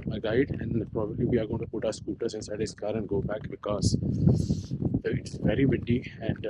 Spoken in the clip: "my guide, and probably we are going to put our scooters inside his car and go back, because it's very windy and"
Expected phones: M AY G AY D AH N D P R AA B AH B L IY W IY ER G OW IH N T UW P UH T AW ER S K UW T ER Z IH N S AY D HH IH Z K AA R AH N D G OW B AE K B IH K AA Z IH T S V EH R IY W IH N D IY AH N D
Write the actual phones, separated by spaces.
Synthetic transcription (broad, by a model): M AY G AY D AH N D P R AA B AH B L IY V IY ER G OW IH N T UW P UH T AW ER S K UW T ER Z IH N S AY D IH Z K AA R AH N D G OW B AE K B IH K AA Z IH T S V EH R IY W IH D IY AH N D